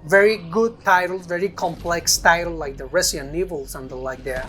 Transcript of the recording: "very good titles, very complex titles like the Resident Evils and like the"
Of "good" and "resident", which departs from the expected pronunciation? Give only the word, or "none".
resident